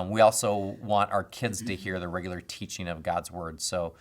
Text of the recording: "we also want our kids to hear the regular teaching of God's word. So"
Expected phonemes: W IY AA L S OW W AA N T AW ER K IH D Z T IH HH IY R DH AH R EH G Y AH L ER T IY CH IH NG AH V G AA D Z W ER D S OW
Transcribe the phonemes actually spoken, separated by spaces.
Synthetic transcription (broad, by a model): W IY AA L S OW W AA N T AW ER K IH D Z T IH HH IY R DH AH R EH G Y L ER T IY CH IH NG AH V G AA D Z W ER D S OW